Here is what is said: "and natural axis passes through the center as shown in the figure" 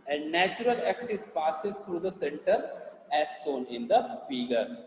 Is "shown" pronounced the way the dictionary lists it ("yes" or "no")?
no